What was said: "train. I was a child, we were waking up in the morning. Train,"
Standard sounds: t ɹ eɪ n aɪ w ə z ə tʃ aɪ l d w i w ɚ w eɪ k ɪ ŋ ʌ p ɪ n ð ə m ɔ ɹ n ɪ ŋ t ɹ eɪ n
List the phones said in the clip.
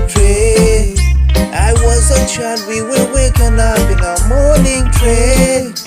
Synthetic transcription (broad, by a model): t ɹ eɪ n aɪ w ə z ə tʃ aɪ d w i w ɚ w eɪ k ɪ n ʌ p ɪ n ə m ɔ ɹ n ɪ ŋ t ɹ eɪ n